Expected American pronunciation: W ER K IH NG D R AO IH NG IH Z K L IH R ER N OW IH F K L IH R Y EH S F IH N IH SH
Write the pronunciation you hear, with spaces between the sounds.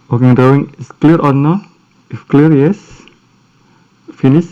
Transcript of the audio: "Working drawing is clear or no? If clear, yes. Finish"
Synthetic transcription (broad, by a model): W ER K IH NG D AO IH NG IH S K L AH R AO N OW IH F K L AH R Y EH S F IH N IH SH